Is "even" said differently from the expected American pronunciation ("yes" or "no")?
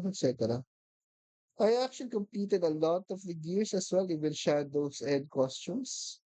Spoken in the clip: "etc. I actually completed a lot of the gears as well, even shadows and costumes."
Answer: yes